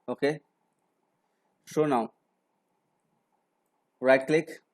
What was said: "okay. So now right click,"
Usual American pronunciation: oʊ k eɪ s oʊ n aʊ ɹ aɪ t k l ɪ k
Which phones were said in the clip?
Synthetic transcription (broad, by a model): oʊ k eɪ ʃ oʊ n aʊ ɹ aɪ t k l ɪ k